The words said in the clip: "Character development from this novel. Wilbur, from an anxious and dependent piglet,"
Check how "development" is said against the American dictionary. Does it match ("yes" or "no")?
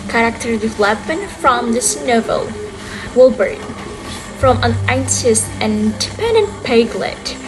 no